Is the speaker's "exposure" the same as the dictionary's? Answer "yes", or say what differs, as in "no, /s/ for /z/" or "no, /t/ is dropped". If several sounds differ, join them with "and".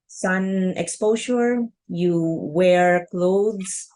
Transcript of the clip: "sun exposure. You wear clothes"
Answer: no, /ʃ/ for /ʒ/